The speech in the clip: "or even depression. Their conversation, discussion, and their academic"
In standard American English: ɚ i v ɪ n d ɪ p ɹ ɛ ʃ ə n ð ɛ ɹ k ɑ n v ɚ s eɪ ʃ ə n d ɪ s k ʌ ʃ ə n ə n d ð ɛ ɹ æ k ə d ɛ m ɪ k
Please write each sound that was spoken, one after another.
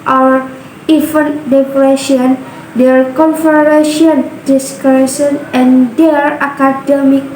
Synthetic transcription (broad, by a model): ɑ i f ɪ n d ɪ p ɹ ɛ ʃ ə n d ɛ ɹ k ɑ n f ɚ eɪ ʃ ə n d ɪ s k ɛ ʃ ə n ə n d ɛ ɹ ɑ k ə d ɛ m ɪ k